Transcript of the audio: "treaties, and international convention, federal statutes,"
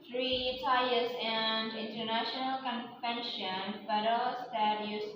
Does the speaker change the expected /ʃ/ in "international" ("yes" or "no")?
no